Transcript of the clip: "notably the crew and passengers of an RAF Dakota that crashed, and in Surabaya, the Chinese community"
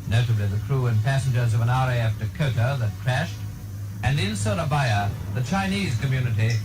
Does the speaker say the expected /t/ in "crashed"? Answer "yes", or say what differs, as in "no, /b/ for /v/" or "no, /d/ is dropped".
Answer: yes